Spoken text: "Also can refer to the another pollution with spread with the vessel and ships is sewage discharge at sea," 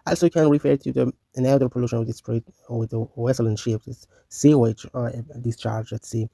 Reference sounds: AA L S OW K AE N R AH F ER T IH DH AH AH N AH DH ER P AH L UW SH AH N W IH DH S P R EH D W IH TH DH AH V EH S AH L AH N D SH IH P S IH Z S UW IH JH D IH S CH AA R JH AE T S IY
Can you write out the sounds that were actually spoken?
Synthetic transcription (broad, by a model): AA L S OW K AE N R AH F ER T IH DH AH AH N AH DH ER P AH L UW SH AH N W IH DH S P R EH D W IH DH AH W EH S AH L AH N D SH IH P IH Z S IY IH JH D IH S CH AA R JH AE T S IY